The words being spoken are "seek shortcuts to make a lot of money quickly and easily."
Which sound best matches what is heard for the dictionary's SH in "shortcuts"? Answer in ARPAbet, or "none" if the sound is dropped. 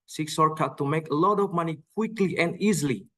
S